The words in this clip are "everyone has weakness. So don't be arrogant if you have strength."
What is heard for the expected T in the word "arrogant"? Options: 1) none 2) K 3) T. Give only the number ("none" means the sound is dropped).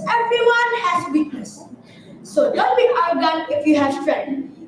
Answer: 1